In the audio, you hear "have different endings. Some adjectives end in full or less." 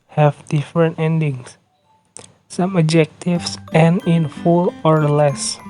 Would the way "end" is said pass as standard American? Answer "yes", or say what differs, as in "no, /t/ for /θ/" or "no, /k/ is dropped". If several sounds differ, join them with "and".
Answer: no, /d/ is dropped